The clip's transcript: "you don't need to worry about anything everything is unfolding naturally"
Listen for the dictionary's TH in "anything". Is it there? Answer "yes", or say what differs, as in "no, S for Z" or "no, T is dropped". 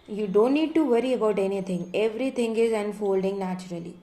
no, T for TH